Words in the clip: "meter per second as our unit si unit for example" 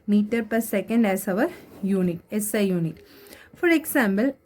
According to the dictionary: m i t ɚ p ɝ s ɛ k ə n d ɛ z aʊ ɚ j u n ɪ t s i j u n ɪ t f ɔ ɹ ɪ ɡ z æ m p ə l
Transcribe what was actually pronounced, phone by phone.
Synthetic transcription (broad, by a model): m i t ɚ p ɝ s ɛ k ə n d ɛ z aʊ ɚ j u n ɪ t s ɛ j u n ɪ t f ɔ ɹ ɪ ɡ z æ m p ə l